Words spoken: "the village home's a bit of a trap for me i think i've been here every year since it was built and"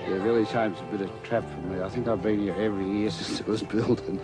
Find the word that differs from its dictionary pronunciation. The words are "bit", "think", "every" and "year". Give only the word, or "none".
none